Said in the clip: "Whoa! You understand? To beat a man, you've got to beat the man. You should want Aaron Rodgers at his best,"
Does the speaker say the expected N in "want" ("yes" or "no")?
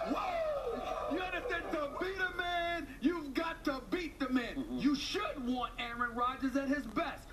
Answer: yes